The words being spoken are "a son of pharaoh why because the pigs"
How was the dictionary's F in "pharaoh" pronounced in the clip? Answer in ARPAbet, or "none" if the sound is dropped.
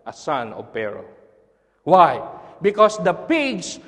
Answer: P